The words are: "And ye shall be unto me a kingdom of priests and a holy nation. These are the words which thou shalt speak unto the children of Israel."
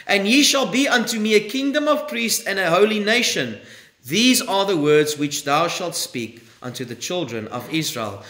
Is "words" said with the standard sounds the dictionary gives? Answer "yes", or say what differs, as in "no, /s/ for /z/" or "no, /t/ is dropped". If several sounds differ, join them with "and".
yes